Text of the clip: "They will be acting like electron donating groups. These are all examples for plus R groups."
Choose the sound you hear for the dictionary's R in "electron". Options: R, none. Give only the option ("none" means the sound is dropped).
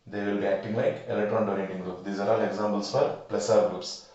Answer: R